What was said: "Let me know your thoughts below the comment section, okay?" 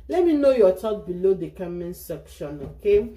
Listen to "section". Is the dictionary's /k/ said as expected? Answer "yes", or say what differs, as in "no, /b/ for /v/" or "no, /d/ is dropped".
yes